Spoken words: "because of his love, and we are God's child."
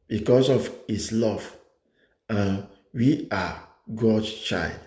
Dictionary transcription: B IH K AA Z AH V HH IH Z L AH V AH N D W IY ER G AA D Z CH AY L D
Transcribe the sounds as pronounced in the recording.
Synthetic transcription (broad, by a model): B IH K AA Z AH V HH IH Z L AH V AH W IY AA G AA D S CH AY L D